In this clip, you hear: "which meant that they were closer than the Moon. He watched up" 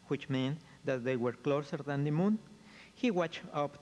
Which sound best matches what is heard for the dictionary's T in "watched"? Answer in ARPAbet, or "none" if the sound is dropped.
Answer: none